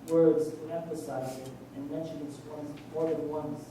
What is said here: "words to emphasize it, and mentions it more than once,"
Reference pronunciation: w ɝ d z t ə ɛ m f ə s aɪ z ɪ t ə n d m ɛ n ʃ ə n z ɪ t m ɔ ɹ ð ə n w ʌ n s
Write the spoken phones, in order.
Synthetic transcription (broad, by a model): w ɝ d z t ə ɛ m f ə s aɪ z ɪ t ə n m ɛ n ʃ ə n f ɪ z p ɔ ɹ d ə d w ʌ n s